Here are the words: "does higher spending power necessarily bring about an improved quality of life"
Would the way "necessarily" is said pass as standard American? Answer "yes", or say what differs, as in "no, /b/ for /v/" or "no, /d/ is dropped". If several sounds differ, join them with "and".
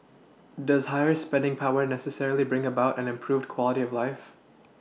yes